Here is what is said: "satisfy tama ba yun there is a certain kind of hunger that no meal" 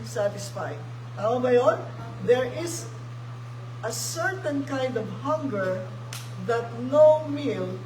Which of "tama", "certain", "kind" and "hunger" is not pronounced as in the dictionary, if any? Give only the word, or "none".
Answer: tama